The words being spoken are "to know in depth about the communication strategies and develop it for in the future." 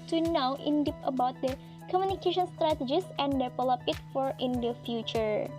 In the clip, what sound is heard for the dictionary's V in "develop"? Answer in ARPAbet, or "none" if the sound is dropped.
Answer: P